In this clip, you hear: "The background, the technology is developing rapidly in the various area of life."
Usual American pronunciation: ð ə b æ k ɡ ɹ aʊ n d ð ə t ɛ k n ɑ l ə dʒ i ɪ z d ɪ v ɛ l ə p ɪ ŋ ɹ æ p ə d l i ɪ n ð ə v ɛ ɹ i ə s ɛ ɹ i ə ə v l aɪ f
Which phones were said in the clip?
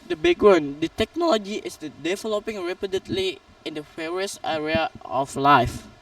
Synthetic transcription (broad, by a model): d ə b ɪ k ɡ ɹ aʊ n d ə t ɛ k n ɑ l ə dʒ i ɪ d d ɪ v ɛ l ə p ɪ ŋ ɹ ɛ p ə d l i ɪ n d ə f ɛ ɹ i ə s ɛ ɹ i ə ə f l aɪ f